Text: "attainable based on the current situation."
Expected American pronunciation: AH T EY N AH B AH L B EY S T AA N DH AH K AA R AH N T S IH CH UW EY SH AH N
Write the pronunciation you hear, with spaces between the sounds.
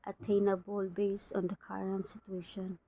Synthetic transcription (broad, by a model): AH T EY N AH B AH L B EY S AA N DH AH K AA R AH N T S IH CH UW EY SH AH N